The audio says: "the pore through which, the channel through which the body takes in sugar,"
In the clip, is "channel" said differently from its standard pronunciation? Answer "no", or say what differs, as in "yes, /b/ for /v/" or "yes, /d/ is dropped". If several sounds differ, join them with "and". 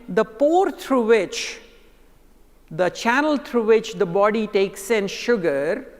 no